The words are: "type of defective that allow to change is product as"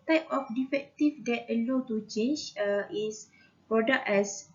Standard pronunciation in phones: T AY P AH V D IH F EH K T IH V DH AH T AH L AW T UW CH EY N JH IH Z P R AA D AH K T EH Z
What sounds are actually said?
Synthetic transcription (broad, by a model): T AY P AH F D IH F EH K T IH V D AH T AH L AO T UW CH EY N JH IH S P R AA D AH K EH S